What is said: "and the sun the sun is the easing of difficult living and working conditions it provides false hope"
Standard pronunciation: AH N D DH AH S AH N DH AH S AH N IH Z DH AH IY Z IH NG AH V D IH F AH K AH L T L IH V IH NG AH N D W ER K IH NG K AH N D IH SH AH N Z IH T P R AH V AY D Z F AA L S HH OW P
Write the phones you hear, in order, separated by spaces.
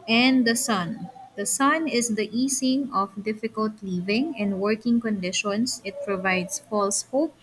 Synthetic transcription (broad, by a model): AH N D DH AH S AH N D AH S AH N IH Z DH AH IY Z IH NG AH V D IH F AH K AH L T L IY V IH NG AH N D W ER K IH NG K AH N D IH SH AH N S IH T P R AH V AY D S F AA L S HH OW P